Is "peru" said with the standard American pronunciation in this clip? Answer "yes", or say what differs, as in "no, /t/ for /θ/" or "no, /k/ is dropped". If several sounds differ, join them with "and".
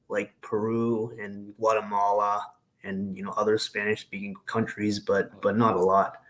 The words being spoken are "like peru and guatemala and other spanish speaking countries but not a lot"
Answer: yes